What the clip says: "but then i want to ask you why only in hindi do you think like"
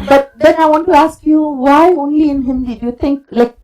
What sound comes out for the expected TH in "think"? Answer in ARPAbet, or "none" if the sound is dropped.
T